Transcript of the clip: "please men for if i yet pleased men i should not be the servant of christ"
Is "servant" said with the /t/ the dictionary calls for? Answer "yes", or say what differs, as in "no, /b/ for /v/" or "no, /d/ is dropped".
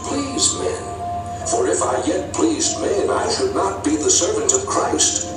yes